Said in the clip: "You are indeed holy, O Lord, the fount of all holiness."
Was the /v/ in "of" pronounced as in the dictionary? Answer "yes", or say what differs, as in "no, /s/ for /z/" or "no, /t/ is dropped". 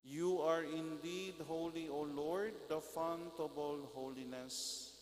no, /b/ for /v/